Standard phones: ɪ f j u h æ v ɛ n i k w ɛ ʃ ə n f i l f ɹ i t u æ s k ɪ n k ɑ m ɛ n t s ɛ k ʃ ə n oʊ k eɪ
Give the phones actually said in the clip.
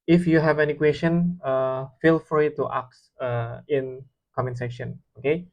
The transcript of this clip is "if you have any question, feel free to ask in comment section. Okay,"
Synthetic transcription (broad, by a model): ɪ f j u h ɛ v ɛ n i k w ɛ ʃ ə n f i l f ɹ i t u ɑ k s ɪ n k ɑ m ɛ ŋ s ɛ k ʃ ə n oʊ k eɪ